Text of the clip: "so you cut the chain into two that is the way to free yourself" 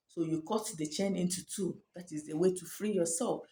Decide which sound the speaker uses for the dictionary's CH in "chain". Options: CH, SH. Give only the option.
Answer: CH